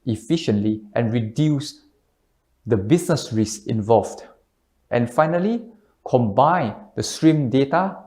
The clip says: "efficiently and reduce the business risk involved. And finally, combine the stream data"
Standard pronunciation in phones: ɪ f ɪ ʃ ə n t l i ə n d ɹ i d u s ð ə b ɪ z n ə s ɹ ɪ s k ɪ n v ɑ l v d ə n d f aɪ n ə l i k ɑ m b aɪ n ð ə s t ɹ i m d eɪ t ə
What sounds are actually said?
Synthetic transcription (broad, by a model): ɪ f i ʃ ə n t l i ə n ɹ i d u s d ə b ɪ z n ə s ɹ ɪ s ɪ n v ɑ l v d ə n f aɪ n ə l i k ɑ m b aɪ n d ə s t ɹ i m d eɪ t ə